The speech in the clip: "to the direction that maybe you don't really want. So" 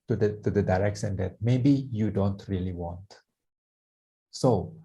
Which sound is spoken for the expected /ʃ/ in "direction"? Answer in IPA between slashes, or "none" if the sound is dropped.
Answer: /s/